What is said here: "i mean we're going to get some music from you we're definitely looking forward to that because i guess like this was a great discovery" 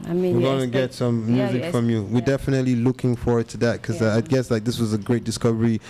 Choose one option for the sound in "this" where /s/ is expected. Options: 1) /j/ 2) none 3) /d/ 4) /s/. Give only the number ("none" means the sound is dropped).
4